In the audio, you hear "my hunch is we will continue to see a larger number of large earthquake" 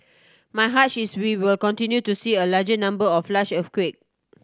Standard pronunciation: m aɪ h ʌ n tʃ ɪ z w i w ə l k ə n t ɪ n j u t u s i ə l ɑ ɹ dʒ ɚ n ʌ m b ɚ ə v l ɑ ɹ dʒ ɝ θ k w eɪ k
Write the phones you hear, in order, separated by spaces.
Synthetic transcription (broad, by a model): m aɪ h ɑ tʃ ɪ s w i w ə l k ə n t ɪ n j u t u s i ə l ɑ dʒ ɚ n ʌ m b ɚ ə f l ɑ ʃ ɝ f k w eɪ k